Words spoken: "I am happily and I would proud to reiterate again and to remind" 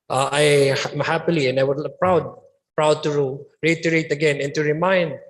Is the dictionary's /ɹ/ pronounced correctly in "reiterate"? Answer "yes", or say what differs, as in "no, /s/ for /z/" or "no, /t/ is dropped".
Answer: yes